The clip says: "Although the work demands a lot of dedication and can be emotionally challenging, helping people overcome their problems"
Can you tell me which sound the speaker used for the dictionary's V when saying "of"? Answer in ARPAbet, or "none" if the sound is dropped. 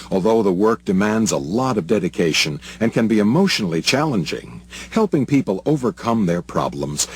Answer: V